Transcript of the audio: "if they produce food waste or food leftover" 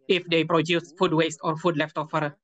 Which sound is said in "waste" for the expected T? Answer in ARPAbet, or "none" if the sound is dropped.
T